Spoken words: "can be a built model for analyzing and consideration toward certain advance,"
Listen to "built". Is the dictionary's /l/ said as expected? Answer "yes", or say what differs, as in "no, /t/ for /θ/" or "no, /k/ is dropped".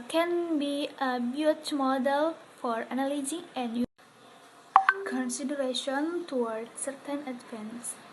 no, /l/ is dropped